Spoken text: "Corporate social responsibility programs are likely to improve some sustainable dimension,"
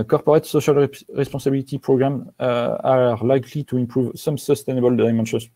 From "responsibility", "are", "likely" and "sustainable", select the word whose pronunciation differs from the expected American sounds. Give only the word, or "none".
responsibility